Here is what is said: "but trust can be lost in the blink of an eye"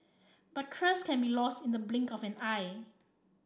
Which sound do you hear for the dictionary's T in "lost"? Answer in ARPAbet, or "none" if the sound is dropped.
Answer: T